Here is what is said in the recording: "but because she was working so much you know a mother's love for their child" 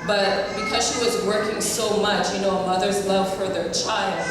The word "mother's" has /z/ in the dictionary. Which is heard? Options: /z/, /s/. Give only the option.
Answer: /z/